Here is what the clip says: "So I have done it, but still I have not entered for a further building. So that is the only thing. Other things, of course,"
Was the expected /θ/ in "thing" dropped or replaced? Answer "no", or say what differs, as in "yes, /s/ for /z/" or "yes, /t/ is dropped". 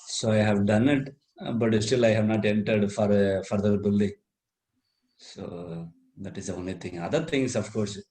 yes, /t/ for /θ/